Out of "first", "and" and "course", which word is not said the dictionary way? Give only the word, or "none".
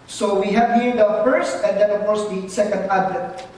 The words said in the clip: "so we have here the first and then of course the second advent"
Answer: none